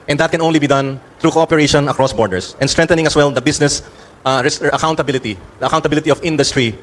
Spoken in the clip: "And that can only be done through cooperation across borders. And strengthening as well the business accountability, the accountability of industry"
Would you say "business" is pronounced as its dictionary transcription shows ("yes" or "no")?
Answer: no